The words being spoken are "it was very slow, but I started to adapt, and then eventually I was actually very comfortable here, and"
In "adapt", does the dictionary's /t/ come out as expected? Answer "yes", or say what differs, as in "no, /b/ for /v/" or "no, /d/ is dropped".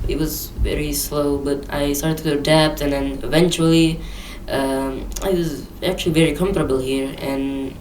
yes